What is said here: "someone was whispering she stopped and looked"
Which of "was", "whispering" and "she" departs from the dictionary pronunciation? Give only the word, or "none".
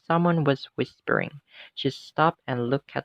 none